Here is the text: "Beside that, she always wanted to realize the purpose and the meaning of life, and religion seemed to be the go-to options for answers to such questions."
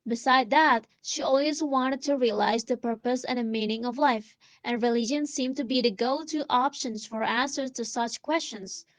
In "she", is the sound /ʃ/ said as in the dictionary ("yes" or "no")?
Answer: yes